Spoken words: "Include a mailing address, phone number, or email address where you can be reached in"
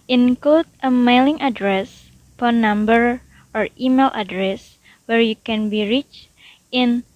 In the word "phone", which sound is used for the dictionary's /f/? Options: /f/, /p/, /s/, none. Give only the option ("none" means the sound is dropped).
/p/